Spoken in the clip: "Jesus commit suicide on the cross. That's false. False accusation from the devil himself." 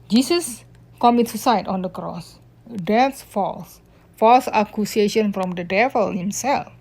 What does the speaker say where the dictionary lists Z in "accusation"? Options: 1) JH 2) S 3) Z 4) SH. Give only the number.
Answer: 2